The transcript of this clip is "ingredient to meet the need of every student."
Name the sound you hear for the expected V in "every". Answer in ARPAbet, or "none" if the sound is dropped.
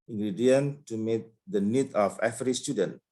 F